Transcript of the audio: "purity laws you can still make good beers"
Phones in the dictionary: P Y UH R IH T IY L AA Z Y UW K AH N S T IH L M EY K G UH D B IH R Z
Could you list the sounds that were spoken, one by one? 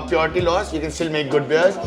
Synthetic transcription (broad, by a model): P Y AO R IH T IY L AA S Y UW K AH N S T IH L M EY K G UH D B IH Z